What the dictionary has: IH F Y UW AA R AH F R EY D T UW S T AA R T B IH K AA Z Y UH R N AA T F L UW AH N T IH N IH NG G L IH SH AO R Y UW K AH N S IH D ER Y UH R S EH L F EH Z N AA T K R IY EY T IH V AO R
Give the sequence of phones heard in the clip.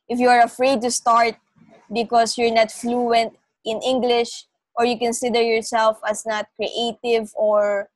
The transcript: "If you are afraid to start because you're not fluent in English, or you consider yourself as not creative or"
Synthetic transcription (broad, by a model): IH F Y UW AA R AH F R EY D T UW S T AA R T B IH K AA S Y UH R N AA T F L UW AH N T IH N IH NG G L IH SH AO R Y UW K AH N S IH D ER Y UH R S EH L F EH S N AA T K R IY EY T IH V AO R